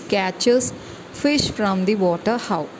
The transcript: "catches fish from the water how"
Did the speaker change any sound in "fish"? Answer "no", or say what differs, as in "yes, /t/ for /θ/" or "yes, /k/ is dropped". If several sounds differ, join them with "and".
no